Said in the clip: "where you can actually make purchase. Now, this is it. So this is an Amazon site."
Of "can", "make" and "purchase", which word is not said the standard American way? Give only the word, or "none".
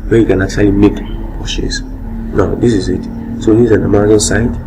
purchase